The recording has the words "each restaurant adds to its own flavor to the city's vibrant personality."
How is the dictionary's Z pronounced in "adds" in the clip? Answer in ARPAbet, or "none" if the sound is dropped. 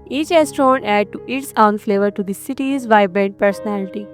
none